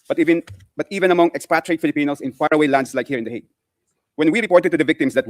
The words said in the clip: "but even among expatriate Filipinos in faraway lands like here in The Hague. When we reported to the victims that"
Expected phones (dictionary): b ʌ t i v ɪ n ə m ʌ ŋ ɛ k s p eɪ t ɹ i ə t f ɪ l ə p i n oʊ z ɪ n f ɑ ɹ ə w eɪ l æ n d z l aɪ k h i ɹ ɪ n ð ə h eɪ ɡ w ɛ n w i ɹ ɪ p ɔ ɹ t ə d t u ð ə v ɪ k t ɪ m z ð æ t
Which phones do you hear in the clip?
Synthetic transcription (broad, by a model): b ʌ t i v ɪ n ə m ʌ ŋ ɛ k s p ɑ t ɹ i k f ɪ l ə p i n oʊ s ɪ n f ɑ ɹ ə w eɪ l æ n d s l aɪ k h i ɹ ɪ n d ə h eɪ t w ɛ n w i ɹ ɪ p ɔ ɹ t ə d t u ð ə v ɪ k t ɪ m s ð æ t